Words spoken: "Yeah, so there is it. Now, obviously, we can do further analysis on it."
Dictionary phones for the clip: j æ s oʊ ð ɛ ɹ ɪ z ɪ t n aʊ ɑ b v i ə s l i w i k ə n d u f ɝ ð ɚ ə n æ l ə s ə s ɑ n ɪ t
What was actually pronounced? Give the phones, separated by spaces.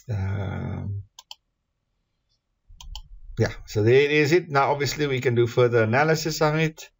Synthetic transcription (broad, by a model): j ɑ s oʊ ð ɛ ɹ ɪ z ɪ t n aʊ ɑ b v i ə s l i w i k ə n d u f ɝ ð ɚ ə n æ l ə s ə s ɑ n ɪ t